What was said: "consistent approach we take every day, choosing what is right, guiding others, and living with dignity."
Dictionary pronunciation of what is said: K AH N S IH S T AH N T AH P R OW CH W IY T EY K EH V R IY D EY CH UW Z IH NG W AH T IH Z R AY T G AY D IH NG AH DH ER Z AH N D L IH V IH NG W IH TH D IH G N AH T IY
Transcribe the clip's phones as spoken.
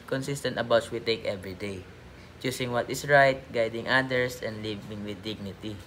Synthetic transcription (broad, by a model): K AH N S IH S T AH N T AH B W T S W IY T EY K EH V R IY D EY CH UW S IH NG W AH T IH S R AY T G AY D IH NG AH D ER S AH N D L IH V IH NG W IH D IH G N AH T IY